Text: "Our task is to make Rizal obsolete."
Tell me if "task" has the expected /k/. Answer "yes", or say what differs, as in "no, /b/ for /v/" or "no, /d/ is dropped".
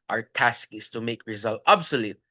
yes